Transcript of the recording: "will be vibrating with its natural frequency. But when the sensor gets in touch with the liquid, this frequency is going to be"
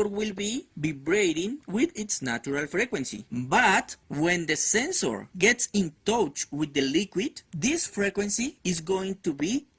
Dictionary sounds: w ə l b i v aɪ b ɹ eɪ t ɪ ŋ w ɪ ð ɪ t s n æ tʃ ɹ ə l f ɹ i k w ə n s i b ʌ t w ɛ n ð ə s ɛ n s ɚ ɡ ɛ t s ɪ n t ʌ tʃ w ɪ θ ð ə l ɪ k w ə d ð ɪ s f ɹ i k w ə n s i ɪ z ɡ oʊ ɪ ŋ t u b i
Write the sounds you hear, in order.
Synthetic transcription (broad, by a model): w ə l b i b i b ɹ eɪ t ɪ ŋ w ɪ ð ɪ t s n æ tʃ ɹ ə l f ɹ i k w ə n s i b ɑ t w ɛ n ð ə s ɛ n s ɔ ɡ ɛ t s ɪ n t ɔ tʃ w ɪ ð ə l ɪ k w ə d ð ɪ s f ɹ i k w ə n s i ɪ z ɡ oʊ ɪ ŋ t u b i